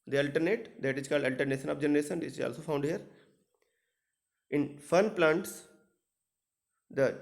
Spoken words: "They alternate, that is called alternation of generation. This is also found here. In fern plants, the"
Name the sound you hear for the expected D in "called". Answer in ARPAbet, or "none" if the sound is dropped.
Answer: D